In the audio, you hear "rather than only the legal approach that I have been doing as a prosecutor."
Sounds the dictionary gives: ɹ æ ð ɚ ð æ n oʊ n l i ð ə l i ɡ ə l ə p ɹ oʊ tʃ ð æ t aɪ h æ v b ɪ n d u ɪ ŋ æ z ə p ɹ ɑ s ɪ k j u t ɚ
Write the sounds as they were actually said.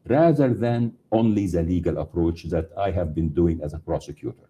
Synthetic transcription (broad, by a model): ɹ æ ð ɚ ð æ n oʊ n l i ð ə l i ɡ ə l ə p ɹ oʊ tʃ ð æ t aɪ h æ v b ɪ n d u ɪ ŋ æ z ə p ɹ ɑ s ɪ k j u t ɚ